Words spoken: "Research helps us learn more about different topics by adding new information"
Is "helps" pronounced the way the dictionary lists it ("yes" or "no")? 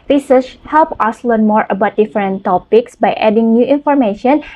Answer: no